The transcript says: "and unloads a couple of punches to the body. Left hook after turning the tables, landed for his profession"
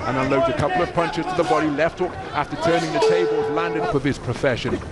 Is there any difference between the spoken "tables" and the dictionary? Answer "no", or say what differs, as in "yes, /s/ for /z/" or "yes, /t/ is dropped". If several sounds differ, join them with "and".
no